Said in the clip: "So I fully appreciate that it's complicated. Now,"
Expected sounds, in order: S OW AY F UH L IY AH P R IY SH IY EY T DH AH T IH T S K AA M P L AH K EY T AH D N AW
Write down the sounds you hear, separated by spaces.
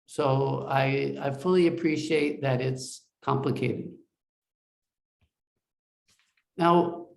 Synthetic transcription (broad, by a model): S OW AY F UH L IY AH P R IY SH IY EY T DH AH T IH T S K AA M P L AH K EY T AH D N AW